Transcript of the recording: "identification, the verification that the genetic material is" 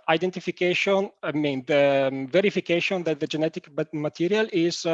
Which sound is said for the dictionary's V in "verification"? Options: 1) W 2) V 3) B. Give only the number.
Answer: 2